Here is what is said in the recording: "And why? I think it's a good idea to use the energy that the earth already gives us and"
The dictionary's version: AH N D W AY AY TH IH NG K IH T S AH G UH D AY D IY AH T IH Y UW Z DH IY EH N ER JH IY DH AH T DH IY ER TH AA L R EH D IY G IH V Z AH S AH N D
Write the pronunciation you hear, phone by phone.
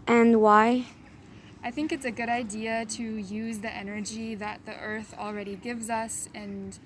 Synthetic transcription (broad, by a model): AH N W AY AY TH IH NG K IH T S AH G UH D AY D IY AH T IH Y UW Z DH IY EH N ER JH IY DH AH T DH IY ER TH L R EH D IY G IH V Z AH S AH N